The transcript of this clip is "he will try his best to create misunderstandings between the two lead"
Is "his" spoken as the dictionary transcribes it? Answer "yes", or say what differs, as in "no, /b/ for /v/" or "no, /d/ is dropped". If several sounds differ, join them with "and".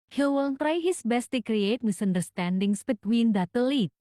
no, /s/ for /z/